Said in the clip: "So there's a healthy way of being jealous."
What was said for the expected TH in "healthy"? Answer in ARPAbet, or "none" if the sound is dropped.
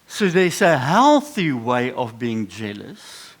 TH